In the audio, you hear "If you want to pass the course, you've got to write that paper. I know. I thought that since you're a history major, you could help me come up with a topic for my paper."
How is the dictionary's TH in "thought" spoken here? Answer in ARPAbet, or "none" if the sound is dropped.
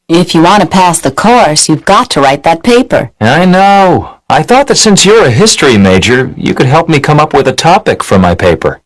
TH